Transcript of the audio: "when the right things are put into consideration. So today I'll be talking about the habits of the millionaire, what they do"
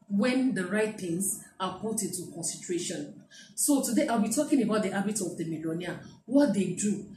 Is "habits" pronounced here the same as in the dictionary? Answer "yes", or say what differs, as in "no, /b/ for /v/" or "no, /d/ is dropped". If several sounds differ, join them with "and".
no, /s/ is dropped